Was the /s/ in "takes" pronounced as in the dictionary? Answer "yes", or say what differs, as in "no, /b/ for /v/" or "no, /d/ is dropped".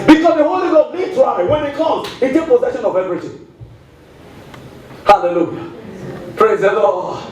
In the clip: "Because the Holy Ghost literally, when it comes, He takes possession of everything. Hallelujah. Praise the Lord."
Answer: no, /s/ is dropped